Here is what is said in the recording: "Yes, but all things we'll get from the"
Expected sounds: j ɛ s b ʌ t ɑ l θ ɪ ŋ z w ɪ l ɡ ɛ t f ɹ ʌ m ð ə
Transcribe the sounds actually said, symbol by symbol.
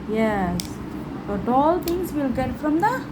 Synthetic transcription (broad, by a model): j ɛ s b ʌ t ɑ l t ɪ ŋ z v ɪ l ɡ ɛ t f ɹ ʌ m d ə